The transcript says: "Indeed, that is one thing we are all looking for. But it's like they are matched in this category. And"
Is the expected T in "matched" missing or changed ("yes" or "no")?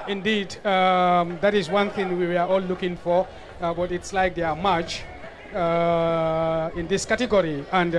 yes